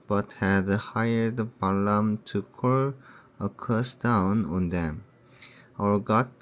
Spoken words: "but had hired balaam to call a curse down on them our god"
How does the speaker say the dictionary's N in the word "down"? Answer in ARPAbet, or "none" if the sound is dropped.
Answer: N